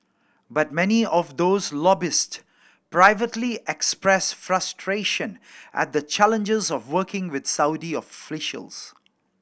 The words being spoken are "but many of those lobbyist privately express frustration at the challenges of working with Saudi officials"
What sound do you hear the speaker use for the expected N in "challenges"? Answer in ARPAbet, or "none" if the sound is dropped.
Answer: N